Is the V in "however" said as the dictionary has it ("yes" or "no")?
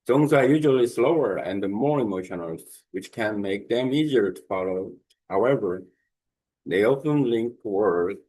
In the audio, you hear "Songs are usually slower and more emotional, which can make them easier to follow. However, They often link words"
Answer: yes